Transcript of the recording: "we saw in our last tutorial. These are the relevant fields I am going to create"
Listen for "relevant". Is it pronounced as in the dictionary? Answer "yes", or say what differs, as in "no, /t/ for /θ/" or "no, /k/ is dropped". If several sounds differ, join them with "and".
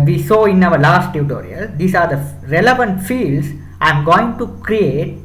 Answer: yes